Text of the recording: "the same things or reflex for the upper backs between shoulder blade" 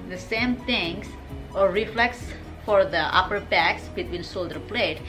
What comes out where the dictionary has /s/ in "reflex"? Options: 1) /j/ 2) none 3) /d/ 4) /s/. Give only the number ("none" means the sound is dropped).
4